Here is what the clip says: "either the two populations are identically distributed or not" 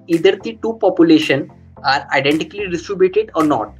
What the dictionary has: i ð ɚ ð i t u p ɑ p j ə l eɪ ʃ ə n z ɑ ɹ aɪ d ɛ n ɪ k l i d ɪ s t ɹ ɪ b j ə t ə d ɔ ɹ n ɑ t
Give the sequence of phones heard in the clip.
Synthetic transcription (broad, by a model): i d ɚ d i t u p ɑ p j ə l eɪ ʃ ə n ɑ ɹ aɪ d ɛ n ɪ k l i d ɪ s t ɹ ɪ b j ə t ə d ɔ ɹ n ɑ t